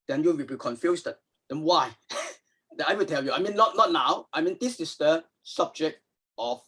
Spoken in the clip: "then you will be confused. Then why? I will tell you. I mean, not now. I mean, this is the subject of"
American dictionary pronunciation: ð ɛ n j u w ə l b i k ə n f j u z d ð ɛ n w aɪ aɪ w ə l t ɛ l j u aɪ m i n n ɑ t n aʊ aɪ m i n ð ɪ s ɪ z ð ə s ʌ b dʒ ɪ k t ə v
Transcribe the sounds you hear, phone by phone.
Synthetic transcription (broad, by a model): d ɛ n j u w ə l b i k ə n f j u s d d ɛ n w aɪ aɪ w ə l t ɛ l j u aɪ m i n n ɑ t n aʊ aɪ m i n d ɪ s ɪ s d ə s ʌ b dʒ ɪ k t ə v